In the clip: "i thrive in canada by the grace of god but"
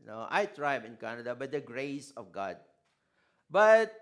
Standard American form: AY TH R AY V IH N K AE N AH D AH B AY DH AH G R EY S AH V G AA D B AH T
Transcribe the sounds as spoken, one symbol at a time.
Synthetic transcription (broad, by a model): AY T R AY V IH N K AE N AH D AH B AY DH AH G R EY S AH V G AA D B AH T